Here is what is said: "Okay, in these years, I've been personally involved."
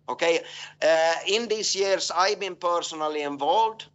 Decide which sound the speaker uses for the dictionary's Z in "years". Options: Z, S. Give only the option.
S